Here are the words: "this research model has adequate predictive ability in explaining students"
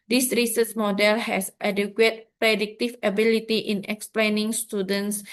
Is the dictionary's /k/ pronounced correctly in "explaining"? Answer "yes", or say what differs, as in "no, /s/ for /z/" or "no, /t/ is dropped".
yes